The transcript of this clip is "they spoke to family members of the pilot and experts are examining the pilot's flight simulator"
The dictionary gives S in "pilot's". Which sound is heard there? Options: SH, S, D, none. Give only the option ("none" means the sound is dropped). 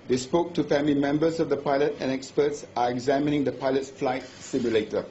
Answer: none